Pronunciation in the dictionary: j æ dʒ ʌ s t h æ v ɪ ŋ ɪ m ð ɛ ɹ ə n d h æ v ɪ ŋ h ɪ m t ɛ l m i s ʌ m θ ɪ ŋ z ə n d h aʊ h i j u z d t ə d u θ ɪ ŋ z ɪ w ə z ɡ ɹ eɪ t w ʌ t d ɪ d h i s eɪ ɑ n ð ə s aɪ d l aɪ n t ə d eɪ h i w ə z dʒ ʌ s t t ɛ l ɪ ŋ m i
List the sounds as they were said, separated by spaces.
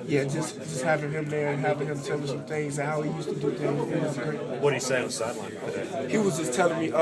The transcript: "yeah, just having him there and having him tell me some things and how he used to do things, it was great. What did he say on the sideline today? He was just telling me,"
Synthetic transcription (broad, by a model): j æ dʒ ʌ s t h æ v ɪ ŋ ɪ m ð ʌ ɹ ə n h æ v ɪ ŋ h ɪ m s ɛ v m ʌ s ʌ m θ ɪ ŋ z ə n h aʊ h i j u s t ə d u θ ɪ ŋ ɪ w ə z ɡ ɹ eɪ w ʌ t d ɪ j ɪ s eɪ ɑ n ð ə s aɪ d l aɪ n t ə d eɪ h i w ə z dʒ ʌ s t t ɛ l ɪ ŋ m i